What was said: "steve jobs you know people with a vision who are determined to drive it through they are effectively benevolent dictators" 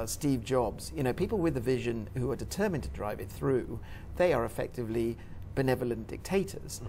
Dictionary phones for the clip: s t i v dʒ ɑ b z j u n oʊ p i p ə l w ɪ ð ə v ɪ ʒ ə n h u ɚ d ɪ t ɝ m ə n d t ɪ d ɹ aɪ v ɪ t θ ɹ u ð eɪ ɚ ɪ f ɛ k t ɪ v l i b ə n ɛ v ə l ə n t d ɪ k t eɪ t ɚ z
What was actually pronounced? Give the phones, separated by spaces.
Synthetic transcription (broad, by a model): s t i v dʒ ɑ b z j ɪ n oʊ p i p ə l w ɪ ð ə v ɪ ʒ ə n h u ɚ d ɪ t ɝ m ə n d t ɪ d ɹ aɪ v ɪ t θ ɹ u ð eɪ ɚ ɪ f ɛ k t ɪ v l i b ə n ɛ v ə l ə n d ɪ k t eɪ t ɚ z